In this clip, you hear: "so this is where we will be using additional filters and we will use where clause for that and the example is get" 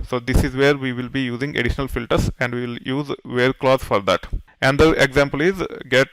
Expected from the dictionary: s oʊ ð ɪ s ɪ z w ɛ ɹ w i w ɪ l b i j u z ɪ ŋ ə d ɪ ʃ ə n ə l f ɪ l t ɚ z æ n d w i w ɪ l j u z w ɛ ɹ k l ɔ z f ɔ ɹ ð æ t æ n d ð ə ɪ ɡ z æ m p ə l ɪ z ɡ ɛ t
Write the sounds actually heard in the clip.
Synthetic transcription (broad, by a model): s oʊ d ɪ s ɪ z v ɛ ɹ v i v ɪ l b i j u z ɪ ŋ ə d ɪ ʃ ə n ə l f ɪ l t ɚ s æ n d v i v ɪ l j u z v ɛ ɹ k l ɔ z f ɔ ɹ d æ t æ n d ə ɪ ɡ z æ m p ə l ɪ z ɡ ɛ t